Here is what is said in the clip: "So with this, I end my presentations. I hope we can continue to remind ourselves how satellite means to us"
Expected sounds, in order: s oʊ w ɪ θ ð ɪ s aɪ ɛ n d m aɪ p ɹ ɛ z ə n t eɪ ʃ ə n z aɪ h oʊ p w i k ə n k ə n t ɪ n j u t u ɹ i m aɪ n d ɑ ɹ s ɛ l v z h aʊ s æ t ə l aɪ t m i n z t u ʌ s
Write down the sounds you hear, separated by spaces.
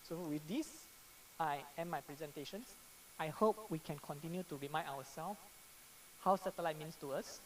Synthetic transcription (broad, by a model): s oʊ w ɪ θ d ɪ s aɪ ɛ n m aɪ p ɹ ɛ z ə n t eɪ ʃ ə n s aɪ h oʊ p w i k ə n k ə n t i n j u t u ɹ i m aɪ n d ɑ w s ɛ l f h aʊ s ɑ t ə l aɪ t m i n s t u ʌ s